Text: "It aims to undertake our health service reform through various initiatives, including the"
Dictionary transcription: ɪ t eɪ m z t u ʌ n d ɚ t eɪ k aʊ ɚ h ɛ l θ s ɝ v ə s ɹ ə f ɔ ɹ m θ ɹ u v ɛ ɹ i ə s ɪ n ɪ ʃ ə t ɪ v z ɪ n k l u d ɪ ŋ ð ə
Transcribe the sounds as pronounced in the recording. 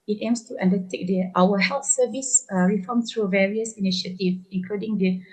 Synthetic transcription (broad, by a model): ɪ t eɪ m s t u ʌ n d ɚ t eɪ k aʊ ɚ h ɛ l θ s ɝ v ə s ɹ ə f ɔ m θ ɹ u v ɛ ɹ i ə s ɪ n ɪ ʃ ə t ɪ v ɪ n k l u d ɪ ŋ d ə